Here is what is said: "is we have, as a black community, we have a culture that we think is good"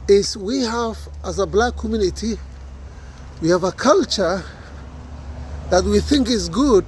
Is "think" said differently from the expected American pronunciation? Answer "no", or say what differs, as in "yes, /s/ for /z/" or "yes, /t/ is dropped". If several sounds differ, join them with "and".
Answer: no